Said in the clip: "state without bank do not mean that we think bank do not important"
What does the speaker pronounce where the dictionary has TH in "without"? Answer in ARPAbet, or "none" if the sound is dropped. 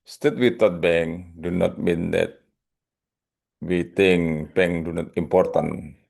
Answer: T